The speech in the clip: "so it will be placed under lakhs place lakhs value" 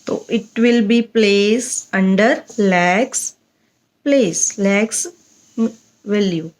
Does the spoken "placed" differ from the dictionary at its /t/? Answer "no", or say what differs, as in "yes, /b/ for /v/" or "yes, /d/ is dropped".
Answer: yes, /t/ is dropped